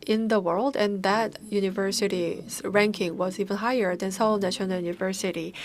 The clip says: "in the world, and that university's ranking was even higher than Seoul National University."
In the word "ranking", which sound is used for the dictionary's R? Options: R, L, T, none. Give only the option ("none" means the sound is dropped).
R